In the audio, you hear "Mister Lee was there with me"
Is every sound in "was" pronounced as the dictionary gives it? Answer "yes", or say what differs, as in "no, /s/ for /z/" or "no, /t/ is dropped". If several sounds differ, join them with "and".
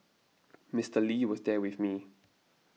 yes